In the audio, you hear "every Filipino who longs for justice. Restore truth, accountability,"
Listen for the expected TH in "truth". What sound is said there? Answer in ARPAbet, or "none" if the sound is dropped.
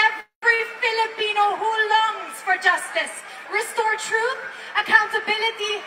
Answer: TH